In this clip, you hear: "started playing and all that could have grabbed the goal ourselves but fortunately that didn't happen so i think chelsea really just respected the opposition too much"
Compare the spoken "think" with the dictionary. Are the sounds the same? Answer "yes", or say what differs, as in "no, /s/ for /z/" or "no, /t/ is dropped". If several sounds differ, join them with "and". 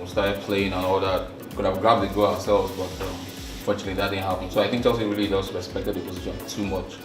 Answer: yes